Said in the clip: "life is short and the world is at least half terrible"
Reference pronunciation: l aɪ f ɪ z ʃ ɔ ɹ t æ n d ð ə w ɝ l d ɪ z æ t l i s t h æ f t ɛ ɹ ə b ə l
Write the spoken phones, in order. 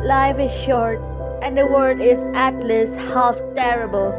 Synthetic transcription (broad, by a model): l aɪ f ɪ z ʃ ɔ ɹ t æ n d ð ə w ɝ d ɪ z æ t l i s h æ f t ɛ ɹ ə b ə l